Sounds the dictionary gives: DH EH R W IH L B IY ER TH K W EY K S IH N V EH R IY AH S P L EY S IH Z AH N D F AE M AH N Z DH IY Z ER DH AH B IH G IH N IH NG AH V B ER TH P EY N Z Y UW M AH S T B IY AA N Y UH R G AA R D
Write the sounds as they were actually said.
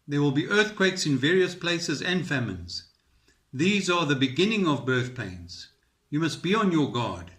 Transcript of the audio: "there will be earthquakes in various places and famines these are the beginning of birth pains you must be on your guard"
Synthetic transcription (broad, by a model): DH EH R W IH L B IY ER TH K W EY K S IH N V EH R IY AH S P L EY S IH Z AH N D F AE M AH N Z DH IY Z ER DH AH B IH G IH N IH NG AH V B ER TH P EY N Z Y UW M AH S T B IY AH N Y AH R G AA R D